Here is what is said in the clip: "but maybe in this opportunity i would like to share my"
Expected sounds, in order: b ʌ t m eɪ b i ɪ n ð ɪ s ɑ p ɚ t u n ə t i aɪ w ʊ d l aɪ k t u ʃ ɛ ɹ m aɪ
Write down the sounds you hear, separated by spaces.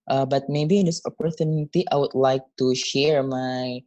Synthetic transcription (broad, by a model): b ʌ t m eɪ b i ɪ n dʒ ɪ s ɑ p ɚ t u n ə t i aɪ w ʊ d l aɪ k t u ʃ ɛ ɹ m aɪ